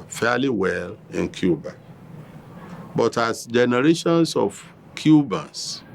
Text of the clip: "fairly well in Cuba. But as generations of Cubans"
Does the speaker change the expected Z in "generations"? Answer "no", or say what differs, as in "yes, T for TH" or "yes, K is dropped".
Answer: yes, S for Z